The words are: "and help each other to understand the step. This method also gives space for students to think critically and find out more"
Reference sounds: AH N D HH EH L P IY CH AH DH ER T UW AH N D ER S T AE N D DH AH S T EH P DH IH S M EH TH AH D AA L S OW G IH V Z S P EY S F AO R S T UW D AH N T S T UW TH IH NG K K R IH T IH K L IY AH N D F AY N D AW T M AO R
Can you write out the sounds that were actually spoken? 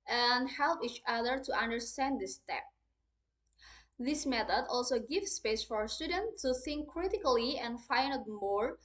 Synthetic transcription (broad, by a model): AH N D HH EH L P IY CH AH DH ER T UW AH N D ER S T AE N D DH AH S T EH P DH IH S M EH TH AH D AA L S OW G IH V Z S P EY S F AO R S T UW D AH N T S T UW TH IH NG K K R IH T IH K L IY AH N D F AY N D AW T M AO R